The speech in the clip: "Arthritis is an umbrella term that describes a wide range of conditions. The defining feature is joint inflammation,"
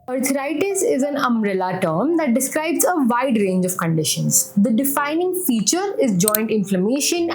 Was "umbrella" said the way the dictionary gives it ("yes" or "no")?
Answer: no